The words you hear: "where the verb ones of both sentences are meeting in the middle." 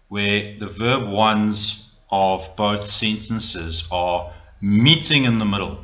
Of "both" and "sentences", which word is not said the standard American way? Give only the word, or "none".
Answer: none